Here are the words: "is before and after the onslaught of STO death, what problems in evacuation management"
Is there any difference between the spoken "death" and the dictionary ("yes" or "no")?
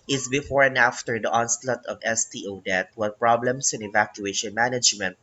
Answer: yes